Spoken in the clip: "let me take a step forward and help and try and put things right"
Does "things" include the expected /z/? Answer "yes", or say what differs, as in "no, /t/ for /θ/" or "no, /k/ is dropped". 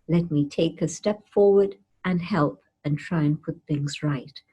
yes